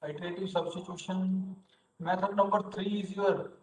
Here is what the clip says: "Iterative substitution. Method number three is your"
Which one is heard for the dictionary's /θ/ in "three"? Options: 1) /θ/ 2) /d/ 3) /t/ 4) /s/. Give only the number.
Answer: 3